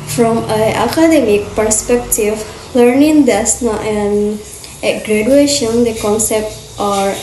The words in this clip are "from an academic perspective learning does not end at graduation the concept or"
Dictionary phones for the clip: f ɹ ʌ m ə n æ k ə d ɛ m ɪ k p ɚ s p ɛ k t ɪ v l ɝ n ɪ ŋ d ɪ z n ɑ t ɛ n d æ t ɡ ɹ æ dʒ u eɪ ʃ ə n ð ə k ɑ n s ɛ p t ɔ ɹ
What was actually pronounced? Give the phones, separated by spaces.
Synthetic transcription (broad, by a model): f ɹ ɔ m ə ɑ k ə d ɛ m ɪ k p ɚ s p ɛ k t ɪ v l ɝ n ɪ ŋ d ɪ s n ɑ t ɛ n ɛ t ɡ ɹ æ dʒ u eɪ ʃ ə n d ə k ɑ n s ɛ p t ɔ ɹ